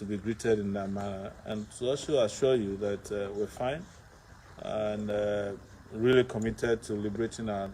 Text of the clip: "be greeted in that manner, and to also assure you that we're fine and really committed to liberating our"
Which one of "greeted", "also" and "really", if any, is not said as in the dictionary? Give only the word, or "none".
also